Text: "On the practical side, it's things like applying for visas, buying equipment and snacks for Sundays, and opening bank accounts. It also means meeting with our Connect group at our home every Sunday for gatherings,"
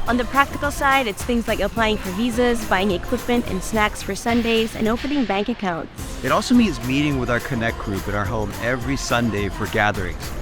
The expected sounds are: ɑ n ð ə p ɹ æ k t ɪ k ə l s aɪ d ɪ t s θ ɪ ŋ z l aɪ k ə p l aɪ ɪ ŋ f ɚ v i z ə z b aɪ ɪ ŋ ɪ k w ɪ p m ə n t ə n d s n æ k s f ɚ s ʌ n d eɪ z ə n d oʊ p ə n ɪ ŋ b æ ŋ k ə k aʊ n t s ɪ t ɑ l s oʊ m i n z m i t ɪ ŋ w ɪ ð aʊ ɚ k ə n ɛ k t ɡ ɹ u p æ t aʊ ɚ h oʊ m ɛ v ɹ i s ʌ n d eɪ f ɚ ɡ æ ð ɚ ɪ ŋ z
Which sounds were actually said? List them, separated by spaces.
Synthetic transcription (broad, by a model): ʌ n ð ə p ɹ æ k t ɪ k l s aɪ d ɪ t s θ ɪ ŋ z l aɪ k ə p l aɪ ɪ ŋ f ɚ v i z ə z b aɪ ɪ ŋ ɪ k w ɪ p m ə n t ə n s n æ k s f ɚ s ʌ n d eɪ z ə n oʊ p ə n ɪ ŋ b æ ŋ k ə k aʊ n t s ɪ t ɑ l s oʊ m i n z m i t ɪ ŋ w ɪ ð aʊ ɚ k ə n ɛ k ɡ ɹ u p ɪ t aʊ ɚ h oʊ m ɛ v ɹ i s ʌ n d eɪ f ɚ ɡ æ ð ɚ ɪ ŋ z